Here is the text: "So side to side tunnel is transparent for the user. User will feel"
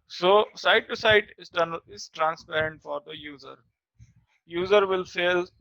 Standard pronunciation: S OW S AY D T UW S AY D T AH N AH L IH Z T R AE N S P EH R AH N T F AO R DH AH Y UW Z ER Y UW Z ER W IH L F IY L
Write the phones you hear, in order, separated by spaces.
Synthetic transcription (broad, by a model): S OW S AY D T UW S AY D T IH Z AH N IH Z T R AE N S P EH R AH N T F AO R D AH Y UW Z ER Y UW Z ER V IH L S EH L